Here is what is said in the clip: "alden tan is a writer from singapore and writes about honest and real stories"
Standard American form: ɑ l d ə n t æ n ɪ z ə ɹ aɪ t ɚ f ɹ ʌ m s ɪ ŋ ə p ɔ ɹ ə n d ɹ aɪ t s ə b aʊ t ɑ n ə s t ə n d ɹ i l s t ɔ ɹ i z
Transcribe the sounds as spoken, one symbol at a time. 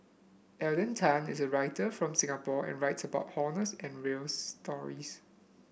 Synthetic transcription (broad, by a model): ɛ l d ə n t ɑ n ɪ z ə ɹ aɪ t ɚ f ɹ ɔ m s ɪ ŋ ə p ɔ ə n ɹ aɪ t s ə b aʊ t ɑ n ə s ə n ɹ i l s t ɔ ɹ i s